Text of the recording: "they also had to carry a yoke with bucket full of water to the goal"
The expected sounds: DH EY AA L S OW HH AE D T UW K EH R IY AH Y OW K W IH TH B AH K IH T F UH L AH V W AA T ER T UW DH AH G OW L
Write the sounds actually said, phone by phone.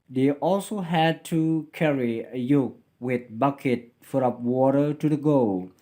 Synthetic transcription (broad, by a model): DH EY AA L S OW HH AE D T UW K EH R IY AH Y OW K W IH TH B AH K IH T F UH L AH P W AA T ER T UW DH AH G OW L